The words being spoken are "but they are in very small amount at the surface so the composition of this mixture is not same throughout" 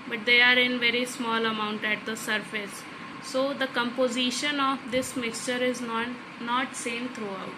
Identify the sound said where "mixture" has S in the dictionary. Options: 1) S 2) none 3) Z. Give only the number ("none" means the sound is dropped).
1